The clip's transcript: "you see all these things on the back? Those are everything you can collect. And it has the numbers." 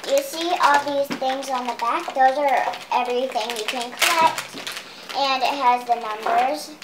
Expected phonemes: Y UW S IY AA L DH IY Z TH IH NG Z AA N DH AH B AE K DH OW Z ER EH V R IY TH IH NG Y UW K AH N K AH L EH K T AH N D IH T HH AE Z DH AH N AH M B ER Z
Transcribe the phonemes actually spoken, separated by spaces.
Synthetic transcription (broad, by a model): Y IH S IY AA L DH IY Z TH IH NG Z N DH AH B AE K DH OW Z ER EH V R IY TH IH NG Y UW K AH N K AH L EH K T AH N IH T HH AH Z DH AH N AH M B ER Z